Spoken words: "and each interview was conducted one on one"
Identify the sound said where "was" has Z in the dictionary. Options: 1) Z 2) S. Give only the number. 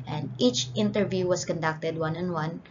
2